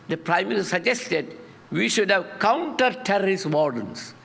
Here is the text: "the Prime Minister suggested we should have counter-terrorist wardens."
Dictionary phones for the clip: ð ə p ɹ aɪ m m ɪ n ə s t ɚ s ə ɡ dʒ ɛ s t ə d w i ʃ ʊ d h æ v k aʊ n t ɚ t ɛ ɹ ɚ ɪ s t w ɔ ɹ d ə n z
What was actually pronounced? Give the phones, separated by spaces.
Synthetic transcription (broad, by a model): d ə p ɹ aɪ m m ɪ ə t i s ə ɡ dʒ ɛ s t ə d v i ʃ ʊ d h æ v k aʊ n t ɚ t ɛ ɹ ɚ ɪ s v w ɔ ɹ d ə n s